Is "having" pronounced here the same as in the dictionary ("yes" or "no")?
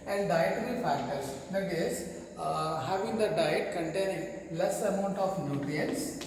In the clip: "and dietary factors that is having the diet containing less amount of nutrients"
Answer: yes